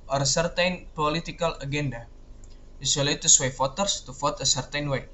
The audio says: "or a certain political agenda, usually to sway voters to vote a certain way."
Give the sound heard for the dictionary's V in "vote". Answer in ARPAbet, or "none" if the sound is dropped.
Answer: F